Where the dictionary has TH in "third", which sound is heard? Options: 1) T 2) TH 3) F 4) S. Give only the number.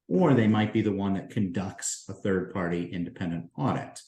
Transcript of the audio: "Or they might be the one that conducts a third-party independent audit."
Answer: 2